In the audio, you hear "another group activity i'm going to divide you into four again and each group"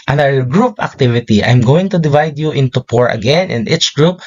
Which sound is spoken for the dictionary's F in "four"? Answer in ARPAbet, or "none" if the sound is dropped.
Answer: P